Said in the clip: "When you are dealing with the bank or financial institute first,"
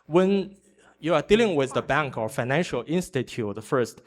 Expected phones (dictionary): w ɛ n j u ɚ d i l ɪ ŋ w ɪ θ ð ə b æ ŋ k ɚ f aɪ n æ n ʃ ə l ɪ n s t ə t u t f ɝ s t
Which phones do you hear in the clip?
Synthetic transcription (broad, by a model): w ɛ n j u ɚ d i l ɪ ŋ w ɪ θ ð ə b æ ŋ k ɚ f aɪ n æ n ʃ ə l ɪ n s t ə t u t f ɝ s t